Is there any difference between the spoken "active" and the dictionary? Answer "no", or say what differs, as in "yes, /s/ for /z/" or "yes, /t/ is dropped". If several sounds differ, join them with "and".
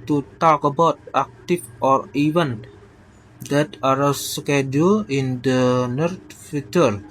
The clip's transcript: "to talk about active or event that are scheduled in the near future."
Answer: yes, /f/ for /v/